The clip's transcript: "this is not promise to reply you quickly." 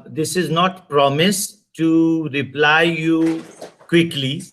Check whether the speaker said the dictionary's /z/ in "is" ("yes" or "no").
yes